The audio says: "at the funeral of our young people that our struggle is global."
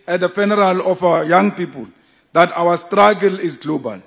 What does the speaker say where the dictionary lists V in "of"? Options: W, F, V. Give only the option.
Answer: F